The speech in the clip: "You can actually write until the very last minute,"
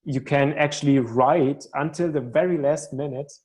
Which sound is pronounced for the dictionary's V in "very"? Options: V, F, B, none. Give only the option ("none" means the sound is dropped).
V